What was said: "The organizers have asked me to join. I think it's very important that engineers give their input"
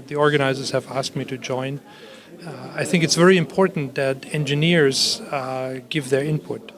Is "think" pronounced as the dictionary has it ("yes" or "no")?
yes